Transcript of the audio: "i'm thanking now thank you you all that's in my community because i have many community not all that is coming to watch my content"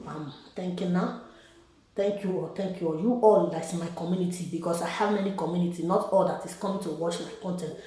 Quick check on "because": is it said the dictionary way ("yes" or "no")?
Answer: no